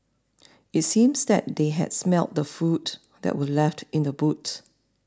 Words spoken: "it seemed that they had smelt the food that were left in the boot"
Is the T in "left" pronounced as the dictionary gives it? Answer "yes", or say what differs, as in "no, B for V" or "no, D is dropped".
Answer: yes